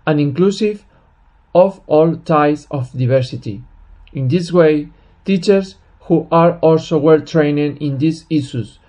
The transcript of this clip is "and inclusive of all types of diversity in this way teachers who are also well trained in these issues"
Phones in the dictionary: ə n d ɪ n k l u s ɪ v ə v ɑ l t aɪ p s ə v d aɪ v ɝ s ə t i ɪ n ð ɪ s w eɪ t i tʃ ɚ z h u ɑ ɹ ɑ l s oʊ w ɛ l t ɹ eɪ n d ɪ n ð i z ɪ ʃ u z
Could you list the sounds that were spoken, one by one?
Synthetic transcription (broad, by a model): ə n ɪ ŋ k l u s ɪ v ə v ɑ l t aɪ s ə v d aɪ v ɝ s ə t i ɪ n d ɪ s w eɪ t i tʃ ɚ s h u ɑ ɹ ɑ l s oʊ w ɛ l t ɹ eɪ n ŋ ɪ n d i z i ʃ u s